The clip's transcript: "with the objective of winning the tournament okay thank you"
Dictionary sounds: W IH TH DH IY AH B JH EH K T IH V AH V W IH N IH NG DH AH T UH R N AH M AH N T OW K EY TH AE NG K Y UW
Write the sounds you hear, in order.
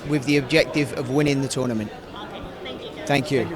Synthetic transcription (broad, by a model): W IH DH IY AH B JH EH K T IH V AH V W IH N IH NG DH AH T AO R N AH M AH N T TH AE NG K Y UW